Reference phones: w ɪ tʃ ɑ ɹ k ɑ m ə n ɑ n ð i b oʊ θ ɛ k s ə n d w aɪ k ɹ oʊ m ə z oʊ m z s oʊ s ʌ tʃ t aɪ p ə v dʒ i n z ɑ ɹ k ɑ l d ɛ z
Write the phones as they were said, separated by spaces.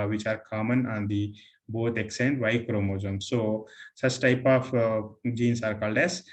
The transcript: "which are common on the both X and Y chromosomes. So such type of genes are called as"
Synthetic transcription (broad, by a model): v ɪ tʃ ɑ ɹ k ɑ m ə n ɑ n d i b oʊ t ɛ k s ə n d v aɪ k ɹ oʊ m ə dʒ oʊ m s oʊ s ʌ tʃ t aɪ p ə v dʒ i n s ɑ ɹ k ɑ l d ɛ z